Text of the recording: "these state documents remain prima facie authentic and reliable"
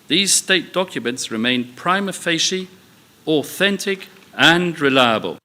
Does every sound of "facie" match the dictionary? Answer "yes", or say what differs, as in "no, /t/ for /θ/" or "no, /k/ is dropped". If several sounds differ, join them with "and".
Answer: no, /ʃ/ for /s/